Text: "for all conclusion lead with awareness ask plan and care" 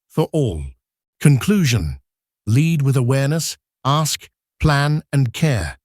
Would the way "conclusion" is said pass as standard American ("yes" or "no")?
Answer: yes